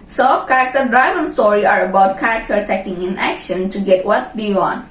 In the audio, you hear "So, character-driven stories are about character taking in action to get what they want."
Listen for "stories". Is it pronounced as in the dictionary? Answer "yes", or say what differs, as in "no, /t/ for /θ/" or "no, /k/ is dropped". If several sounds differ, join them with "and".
no, /z/ is dropped